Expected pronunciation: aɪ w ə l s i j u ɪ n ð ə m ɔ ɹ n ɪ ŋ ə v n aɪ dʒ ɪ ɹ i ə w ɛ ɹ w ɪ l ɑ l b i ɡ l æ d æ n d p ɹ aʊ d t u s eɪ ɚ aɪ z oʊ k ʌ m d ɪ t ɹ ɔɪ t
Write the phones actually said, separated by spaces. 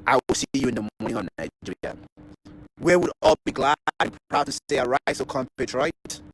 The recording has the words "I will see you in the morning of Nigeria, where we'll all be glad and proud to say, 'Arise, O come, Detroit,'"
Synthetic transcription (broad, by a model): aɪ w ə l s i j u ɪ n ð ə m ɔ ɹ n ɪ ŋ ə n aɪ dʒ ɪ w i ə w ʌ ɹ ɑ l b i ɡ l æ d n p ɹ aʊ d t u s eɪ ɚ aɪ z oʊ k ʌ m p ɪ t ɹ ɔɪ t